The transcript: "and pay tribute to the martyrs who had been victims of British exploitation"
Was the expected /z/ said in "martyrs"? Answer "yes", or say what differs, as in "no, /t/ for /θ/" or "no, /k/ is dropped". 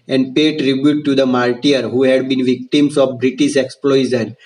no, /z/ is dropped